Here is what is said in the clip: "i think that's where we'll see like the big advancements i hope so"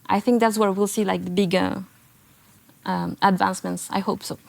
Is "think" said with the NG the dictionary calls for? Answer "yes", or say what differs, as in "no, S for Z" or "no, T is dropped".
yes